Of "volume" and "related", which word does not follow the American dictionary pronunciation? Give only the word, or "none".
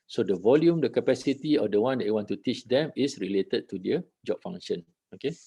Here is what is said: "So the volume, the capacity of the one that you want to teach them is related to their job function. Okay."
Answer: none